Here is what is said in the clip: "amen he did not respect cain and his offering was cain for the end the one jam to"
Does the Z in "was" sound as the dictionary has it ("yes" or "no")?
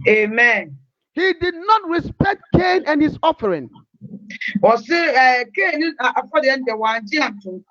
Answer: no